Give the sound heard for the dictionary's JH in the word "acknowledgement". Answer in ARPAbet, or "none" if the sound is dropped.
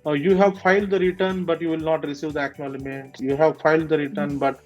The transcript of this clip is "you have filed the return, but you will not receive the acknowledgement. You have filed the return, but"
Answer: none